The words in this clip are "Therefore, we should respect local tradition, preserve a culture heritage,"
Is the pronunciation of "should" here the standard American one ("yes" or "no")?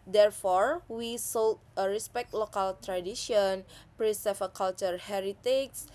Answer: no